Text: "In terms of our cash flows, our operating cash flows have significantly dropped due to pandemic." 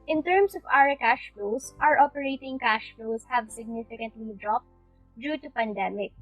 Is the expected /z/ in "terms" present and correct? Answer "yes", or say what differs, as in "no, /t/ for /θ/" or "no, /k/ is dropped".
no, /s/ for /z/